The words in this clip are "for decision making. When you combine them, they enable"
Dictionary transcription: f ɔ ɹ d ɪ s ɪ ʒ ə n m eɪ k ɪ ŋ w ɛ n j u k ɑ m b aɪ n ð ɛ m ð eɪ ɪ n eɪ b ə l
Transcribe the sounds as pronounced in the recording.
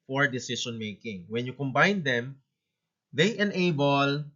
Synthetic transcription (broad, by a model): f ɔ ɹ d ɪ s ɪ s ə n m eɪ k ɪ ŋ w ɛ n j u k ɑ m b aɪ n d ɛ m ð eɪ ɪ n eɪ b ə l